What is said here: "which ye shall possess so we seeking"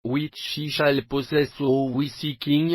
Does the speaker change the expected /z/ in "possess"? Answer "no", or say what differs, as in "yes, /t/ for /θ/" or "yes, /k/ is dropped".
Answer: yes, /s/ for /z/